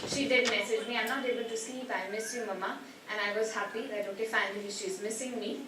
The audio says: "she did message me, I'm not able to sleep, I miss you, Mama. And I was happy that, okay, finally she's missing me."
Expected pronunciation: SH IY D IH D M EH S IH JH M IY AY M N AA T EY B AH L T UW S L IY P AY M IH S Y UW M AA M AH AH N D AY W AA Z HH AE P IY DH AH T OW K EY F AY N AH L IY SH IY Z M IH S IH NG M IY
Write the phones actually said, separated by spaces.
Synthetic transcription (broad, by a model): SH IY D IH D M EH S IH JH M IY AY M N AA T EY B AH L T UW S L IY P AY M IH S Y UW M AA M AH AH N AY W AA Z HH AE P IY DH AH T OW K EY F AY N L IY SH IY Z M IH S IH NG M IY